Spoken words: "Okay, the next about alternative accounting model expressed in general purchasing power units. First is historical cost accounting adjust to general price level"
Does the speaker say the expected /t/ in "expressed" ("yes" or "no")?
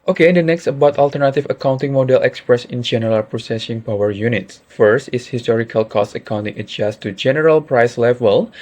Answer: no